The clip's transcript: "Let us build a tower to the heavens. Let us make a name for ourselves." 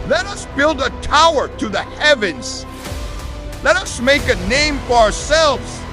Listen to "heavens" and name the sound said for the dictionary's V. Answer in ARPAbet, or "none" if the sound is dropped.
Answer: V